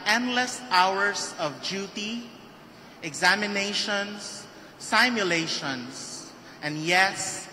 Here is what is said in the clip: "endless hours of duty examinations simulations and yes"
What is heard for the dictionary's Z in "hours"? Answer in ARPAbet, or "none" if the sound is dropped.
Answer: S